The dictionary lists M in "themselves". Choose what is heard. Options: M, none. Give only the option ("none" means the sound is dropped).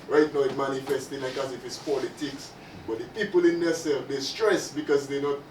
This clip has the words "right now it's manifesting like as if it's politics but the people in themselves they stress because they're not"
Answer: none